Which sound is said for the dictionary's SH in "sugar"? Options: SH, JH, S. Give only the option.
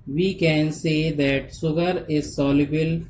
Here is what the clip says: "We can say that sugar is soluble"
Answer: S